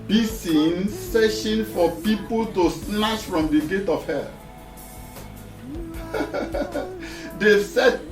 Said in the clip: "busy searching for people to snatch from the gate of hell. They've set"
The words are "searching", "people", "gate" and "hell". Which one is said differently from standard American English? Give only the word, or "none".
searching